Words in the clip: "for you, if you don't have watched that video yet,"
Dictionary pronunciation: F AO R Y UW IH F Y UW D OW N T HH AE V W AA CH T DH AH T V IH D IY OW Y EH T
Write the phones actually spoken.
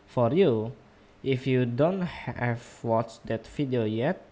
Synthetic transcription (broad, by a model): F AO R Y UW IH F Y UW D OW N T HH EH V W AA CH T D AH T F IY D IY OW Y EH T